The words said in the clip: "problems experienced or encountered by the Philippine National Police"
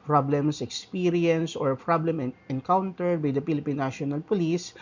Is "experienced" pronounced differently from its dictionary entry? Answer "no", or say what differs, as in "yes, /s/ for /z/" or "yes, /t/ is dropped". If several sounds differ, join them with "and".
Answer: yes, /t/ is dropped